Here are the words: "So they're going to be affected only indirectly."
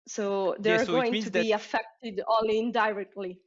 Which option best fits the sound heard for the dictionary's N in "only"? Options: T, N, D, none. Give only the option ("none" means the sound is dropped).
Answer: none